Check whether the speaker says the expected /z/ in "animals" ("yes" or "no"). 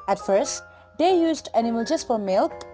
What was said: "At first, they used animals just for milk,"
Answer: no